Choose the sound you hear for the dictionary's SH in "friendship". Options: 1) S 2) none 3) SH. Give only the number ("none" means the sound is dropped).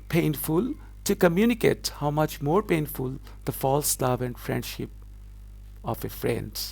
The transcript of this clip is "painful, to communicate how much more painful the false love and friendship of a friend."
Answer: 3